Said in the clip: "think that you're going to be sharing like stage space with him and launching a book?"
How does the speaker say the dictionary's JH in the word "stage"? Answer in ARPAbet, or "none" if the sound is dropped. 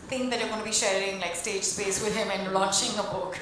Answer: JH